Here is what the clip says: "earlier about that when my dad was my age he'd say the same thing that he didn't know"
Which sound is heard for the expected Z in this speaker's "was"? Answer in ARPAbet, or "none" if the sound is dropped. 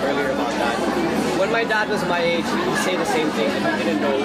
Z